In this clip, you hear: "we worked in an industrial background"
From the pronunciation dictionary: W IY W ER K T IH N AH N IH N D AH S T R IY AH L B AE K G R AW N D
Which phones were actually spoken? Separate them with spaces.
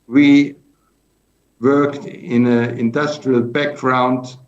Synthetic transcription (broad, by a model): W IY W ER K T IH N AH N IH N D AH S T R IY AH L B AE K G R AW N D